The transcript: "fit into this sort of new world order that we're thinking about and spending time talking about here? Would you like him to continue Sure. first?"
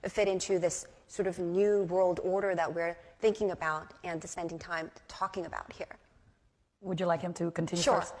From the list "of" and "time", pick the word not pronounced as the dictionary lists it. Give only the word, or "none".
none